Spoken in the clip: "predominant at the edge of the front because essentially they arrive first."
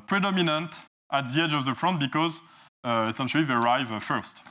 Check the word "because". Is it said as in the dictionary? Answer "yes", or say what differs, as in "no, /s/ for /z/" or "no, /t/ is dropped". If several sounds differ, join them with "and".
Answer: yes